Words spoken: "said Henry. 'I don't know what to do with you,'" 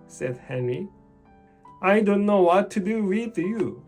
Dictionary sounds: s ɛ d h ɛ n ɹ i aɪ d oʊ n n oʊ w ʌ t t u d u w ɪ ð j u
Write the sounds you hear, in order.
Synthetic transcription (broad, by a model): s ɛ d h ɛ n ɹ i aɪ d oʊ n n oʊ w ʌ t t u d u w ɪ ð j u